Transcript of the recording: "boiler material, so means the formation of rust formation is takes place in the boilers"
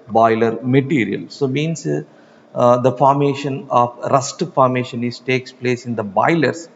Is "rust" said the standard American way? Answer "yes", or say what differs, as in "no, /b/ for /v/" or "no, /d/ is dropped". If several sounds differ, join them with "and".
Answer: yes